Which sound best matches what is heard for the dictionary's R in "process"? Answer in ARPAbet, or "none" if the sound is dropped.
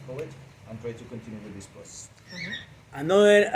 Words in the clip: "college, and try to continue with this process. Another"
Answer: none